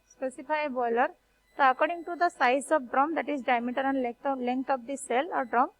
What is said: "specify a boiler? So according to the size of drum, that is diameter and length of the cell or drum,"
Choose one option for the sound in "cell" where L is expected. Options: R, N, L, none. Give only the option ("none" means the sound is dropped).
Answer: L